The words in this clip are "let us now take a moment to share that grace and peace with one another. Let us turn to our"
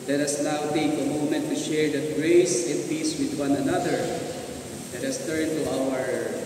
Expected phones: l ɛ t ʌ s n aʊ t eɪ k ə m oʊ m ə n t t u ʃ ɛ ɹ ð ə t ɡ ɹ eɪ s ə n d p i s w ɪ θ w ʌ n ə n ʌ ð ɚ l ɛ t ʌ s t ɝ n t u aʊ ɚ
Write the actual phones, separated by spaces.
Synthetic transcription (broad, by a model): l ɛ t ʌ s l aʊ t eɪ k ə m oʊ m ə n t t u ʃ ɛ ɹ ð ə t ɡ ɹ eɪ s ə n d p i s w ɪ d w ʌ n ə n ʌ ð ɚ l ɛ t ʌ s t ɝ n t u aʊ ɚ